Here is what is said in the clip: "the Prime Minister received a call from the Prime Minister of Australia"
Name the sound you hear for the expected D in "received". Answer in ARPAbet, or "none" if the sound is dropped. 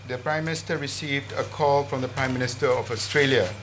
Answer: D